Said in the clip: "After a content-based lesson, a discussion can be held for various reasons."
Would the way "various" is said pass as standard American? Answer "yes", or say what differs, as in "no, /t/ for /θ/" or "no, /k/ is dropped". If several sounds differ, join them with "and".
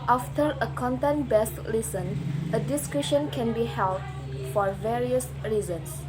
yes